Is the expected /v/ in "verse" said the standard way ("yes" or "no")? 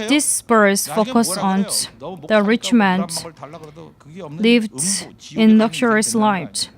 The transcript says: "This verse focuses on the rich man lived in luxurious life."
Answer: no